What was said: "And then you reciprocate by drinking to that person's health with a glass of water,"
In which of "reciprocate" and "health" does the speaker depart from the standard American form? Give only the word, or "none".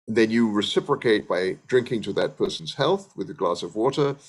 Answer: none